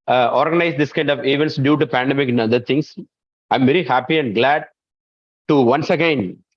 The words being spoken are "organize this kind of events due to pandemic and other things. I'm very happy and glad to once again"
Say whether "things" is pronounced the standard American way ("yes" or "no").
no